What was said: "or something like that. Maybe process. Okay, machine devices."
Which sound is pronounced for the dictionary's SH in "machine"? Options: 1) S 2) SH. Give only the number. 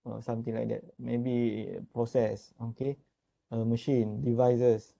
2